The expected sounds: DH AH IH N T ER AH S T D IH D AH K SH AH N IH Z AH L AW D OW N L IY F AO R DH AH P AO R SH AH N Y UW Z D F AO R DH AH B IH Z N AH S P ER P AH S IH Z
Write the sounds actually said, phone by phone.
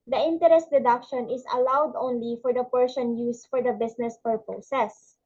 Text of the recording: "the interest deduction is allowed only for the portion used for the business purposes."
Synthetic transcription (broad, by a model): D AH IH N T ER AH S T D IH D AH K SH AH N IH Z AH L AW D OW N L IY F AO R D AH P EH R S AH N Y UW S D F AO R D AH B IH S N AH S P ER P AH S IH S